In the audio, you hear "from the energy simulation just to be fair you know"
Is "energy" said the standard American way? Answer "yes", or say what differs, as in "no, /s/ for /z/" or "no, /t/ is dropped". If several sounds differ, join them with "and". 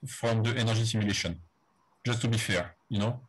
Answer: no, /ʒ/ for /dʒ/